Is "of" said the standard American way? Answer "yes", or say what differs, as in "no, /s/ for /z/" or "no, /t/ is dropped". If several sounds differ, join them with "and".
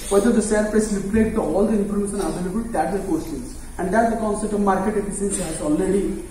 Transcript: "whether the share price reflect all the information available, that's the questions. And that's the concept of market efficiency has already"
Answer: yes